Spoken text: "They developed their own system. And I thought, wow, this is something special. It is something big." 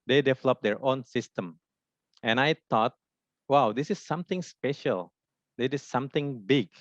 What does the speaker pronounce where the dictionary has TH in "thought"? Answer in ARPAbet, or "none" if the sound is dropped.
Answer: T